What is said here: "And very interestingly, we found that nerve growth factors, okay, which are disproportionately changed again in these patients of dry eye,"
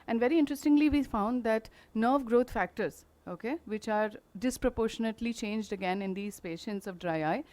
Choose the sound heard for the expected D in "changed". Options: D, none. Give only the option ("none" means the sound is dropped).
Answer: D